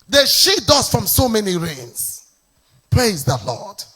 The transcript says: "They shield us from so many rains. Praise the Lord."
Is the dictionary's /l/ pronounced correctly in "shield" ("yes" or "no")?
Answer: no